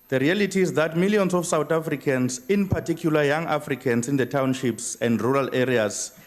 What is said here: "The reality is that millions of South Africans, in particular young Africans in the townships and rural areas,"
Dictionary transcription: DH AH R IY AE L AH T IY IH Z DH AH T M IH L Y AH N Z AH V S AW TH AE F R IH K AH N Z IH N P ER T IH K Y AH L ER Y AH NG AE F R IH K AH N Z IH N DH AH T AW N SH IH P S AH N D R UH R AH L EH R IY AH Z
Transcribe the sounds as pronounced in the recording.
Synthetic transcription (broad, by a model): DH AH R IY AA L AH T IY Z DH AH T M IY L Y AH N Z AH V S AW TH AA F R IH K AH N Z IH N P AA T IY K Y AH L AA Y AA NG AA F R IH K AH N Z IH N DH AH T AW N SH IH P S AH N D R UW R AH L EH R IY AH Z